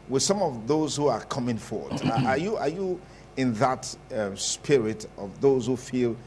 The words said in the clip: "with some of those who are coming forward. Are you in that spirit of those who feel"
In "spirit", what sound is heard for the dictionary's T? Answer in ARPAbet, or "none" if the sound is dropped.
T